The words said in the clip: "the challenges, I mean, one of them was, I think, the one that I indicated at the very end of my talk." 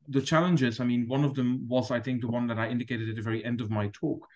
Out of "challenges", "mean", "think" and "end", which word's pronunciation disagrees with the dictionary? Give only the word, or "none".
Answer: none